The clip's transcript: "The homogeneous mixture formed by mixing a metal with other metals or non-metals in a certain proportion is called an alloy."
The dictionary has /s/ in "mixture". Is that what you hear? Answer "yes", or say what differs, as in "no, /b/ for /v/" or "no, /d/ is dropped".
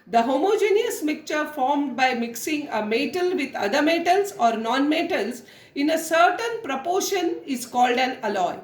no, /s/ is dropped